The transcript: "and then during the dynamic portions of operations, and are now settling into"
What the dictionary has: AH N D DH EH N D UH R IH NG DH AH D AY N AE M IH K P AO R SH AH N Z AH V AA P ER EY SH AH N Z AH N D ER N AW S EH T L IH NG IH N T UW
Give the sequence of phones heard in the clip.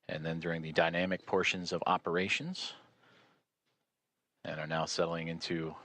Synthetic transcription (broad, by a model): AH N DH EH N D UH R IH NG DH AH D AY N AE M IH K P AO R SH AH N Z AH V AA P ER EY SH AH N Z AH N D ER N AW S EH T L IH NG IH N T UW